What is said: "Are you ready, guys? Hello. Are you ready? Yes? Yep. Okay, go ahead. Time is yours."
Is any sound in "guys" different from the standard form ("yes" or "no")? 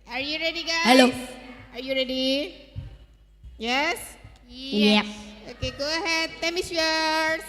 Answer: yes